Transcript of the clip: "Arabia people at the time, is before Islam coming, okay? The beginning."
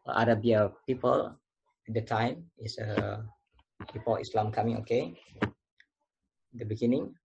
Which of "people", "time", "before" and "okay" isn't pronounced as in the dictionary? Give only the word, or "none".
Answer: before